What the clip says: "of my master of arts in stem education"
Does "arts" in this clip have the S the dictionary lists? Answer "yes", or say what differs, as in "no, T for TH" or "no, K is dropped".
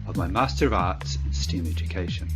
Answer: yes